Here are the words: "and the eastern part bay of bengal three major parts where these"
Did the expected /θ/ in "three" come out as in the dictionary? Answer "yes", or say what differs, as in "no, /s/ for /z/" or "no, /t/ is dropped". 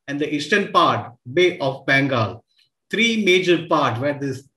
no, /t/ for /θ/